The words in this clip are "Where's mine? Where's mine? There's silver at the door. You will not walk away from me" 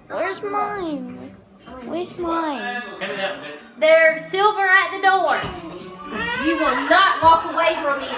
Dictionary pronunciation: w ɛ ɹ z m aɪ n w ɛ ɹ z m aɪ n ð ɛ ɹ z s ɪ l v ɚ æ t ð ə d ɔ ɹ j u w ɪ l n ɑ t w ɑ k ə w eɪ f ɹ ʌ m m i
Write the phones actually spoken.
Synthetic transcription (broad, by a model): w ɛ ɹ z m aɪ n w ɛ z m aɪ n ð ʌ ɹ s ɪ l v ɚ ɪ t ð ə d ɔ ɹ j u w ɪ l n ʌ t w ɑ k ə w eɪ f ɹ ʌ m m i